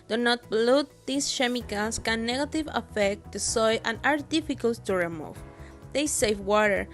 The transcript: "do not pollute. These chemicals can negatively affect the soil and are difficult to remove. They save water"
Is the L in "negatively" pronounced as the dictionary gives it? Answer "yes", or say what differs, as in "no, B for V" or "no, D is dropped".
no, L is dropped